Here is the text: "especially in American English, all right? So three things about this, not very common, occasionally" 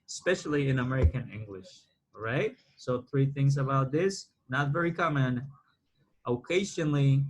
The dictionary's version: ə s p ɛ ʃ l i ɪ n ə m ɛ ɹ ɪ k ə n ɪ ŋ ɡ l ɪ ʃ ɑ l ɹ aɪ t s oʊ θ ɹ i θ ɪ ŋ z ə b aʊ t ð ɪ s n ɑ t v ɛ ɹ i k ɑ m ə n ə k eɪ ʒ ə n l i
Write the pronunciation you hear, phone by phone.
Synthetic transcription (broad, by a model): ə s p ɛ ʃ l i ɪ n ə m ɛ ɹ ɪ k ə n ɪ ŋ ɡ l ɪ ʃ ɹ aɪ t s oʊ θ ɹ i θ ɪ ŋ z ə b aʊ t ð ɪ s n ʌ t v ɛ ɹ i k ɑ m ə n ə k eɪ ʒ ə n l i